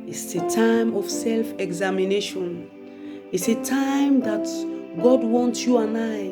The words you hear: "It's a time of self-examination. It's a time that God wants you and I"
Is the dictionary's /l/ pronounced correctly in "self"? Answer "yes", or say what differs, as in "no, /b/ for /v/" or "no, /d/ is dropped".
yes